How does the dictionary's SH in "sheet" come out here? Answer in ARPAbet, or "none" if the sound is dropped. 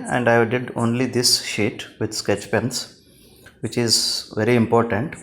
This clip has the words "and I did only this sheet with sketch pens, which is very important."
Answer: SH